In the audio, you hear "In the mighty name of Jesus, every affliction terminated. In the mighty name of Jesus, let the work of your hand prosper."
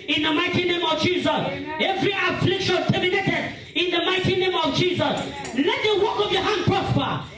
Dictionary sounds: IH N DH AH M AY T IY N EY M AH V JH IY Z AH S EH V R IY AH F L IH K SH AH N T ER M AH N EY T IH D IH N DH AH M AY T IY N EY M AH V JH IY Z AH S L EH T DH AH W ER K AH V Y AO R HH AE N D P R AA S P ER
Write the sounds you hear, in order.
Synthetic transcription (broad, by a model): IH N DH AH M AY T IY N EY M AH V JH IY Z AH S EH V R IY AH F L IH K SH AH N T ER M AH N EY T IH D IH N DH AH M AY T IY N EY M AH V JH IY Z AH S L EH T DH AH W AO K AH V Y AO HH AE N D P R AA S P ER